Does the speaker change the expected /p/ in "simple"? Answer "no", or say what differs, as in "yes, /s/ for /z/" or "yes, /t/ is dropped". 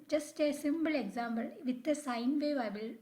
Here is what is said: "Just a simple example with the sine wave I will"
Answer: yes, /b/ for /p/